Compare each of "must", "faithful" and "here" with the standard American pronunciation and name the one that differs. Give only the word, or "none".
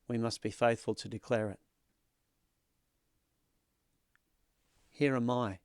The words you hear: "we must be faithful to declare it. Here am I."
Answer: none